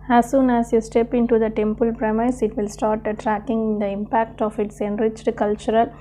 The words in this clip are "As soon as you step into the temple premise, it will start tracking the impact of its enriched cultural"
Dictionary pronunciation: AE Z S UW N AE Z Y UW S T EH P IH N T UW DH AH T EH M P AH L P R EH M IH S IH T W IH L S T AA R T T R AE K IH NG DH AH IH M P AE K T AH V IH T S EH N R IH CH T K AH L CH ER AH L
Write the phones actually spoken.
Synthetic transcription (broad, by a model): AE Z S UW N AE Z Y UW S T EH P IH N T UW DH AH T EH M P AH L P R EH M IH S IH T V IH L S T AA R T T R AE K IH NG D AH IH M P AE K T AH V IH T S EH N R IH CH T K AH L CH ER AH L